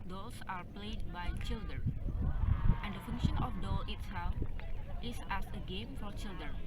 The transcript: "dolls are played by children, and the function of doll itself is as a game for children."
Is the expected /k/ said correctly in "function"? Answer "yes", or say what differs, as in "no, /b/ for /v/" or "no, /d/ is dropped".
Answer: yes